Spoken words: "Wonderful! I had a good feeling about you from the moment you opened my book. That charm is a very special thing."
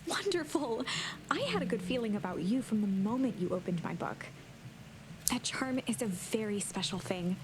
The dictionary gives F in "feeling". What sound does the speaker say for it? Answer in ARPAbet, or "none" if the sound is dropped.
F